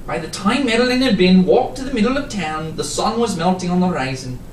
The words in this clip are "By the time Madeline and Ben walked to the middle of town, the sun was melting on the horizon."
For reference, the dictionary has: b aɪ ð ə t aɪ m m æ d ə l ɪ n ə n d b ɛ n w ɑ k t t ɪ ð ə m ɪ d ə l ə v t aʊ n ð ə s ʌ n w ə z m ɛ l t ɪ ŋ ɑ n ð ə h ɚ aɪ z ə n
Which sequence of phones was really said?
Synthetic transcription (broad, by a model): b aɪ ð ə t aɪ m m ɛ d l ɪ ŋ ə d b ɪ n w ɑ k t t ɪ ð ə m ɪ d l ə v t aʊ n ð ə s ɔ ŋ w ə z m ɛ l t ɪ ŋ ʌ n ð ə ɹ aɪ z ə n